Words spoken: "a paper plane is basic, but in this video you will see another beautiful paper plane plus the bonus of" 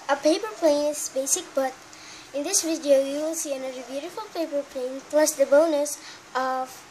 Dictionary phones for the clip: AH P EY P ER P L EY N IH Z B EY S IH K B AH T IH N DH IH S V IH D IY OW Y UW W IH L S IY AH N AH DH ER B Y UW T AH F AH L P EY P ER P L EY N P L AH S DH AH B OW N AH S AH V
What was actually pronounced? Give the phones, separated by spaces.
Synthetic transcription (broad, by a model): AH P EY P ER P L EY N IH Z B EY S IH K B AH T IH N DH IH S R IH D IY OW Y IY W IH L S IY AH N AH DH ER B Y UW T AH F AH L P EY P ER P L EY N P L AH S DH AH B OW N AH S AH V